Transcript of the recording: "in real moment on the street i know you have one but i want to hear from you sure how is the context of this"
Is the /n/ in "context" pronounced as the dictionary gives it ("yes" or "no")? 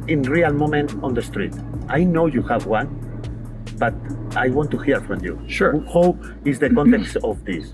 yes